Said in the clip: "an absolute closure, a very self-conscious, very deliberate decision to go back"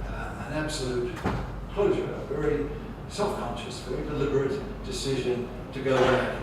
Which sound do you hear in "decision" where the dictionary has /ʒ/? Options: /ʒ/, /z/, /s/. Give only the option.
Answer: /ʒ/